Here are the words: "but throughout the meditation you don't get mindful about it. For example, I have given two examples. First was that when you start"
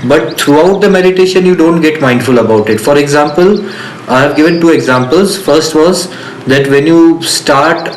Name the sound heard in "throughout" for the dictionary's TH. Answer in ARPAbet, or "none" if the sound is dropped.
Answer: T